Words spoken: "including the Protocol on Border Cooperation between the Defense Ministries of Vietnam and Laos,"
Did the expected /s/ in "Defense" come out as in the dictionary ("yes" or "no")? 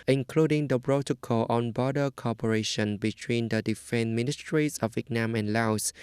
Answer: no